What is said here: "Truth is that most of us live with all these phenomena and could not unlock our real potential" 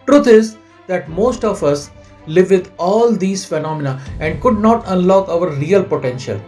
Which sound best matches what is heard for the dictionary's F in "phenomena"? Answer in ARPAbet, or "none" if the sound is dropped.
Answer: F